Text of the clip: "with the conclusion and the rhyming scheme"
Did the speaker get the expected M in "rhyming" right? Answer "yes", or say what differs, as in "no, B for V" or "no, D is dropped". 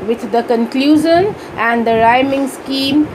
yes